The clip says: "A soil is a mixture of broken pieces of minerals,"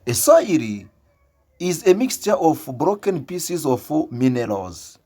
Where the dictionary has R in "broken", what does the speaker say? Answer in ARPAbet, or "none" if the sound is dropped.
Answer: R